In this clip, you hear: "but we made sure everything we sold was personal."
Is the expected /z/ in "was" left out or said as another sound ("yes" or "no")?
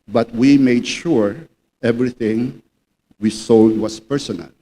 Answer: yes